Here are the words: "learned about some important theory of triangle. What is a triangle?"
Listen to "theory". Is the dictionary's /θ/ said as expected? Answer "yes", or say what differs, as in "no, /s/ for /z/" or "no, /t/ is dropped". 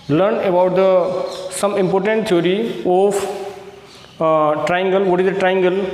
no, /t/ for /θ/